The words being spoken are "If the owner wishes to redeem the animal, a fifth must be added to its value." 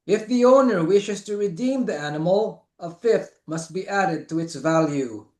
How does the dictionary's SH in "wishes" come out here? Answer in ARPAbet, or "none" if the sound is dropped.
SH